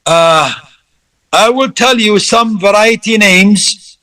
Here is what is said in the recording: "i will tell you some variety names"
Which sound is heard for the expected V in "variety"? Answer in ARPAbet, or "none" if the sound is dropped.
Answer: V